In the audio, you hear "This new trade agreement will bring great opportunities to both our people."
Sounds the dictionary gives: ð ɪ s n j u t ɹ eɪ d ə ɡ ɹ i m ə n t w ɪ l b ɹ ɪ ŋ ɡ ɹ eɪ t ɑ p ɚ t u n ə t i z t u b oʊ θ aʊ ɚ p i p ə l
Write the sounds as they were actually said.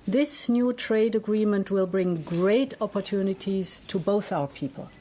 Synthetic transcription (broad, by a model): ð ɪ s n j u t ɹ eɪ d ə ɡ ɹ i m ə n t w ɪ l b ɹ ɪ ŋ ɡ ɹ eɪ t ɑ p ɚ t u n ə t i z t u b oʊ θ aʊ ɚ p i p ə l